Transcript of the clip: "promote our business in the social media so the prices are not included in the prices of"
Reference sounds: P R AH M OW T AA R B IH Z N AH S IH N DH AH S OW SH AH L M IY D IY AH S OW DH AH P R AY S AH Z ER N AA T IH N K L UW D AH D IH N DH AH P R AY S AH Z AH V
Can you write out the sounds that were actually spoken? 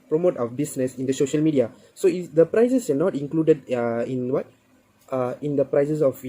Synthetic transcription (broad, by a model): P R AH M OW T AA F B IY S N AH S IH N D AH S OW SH AH L M IY D IY AH S OW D AH P R AY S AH S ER N AA T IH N K L UW D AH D IH N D AH P R AY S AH S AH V